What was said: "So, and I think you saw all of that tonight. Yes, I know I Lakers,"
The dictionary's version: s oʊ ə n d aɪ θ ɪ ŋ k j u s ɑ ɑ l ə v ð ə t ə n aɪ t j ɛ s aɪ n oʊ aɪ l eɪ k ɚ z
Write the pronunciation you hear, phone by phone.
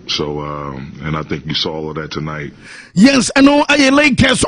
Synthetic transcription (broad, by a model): s oʊ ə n aɪ θ ɪ ŋ k j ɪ s ɑ ɑ l ə v ð ə t ə n aɪ t j ɛ s aɪ n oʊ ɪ l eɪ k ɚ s